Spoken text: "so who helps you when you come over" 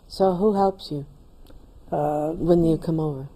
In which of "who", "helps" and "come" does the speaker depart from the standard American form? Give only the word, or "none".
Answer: none